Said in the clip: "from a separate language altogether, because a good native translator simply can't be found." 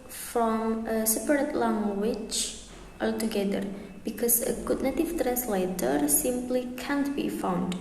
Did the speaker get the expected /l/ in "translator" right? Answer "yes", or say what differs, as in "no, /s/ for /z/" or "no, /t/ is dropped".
yes